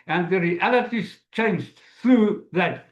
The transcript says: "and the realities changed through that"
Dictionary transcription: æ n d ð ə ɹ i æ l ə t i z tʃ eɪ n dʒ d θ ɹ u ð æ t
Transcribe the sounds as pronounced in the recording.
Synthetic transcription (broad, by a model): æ n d ð ə ɹ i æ l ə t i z tʃ eɪ n dʒ d θ ɹ u ð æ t